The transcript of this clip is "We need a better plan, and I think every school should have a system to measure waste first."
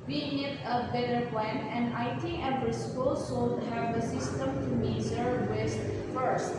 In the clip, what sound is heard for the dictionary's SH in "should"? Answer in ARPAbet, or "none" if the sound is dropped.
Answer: S